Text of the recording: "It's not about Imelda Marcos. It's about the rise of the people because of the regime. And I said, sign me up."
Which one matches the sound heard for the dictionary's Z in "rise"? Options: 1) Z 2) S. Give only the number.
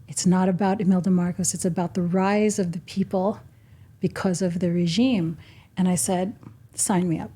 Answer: 1